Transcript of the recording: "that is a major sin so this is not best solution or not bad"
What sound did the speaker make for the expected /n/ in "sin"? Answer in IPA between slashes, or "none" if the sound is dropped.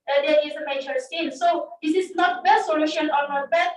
/l/